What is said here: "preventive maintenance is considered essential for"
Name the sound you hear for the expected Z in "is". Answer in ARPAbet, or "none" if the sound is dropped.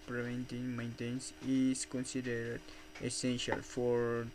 S